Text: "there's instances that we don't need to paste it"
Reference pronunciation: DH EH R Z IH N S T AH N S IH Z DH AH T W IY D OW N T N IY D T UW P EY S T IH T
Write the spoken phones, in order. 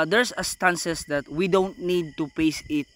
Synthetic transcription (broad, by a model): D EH R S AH S T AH N S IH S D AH T W IY D OW N T N IY D T UW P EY S IH T